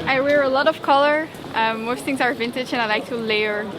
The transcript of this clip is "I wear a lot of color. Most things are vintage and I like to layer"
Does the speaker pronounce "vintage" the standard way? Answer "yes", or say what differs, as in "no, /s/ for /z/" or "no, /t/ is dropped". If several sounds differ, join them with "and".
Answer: yes